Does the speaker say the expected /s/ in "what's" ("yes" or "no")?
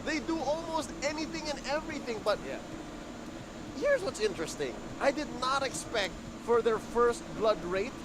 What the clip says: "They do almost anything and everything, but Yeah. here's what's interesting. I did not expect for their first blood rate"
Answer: yes